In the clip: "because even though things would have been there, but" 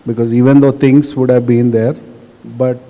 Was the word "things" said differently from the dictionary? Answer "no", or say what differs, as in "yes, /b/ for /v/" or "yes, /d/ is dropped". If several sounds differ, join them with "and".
yes, /t/ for /θ/